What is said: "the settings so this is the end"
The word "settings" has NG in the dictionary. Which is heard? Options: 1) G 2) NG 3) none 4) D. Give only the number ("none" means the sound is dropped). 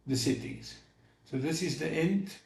3